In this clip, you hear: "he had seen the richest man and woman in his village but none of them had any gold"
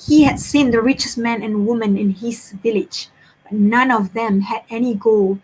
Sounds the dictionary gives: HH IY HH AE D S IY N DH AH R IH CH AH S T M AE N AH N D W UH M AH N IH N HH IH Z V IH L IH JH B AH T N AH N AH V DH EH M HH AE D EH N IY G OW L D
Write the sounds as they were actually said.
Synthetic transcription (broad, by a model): HH IY HH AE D S IY N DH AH R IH CH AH S M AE N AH N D W UH M AH N IH N HH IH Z V IH L IH JH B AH T N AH N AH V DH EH M HH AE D EH N IY G OW L